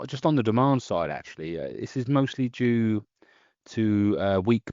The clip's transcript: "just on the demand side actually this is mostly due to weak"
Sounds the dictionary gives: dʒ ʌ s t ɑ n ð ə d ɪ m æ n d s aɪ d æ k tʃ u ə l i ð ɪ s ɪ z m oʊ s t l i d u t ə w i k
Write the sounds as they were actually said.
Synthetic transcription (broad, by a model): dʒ ʌ s t n ð ə d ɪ m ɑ n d s aɪ d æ k tʃ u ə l i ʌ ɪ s ɪ z m oʊ s t l i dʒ u t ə w i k